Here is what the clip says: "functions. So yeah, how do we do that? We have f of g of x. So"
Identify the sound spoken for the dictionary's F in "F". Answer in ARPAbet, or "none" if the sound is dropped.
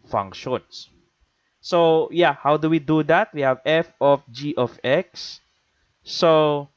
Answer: F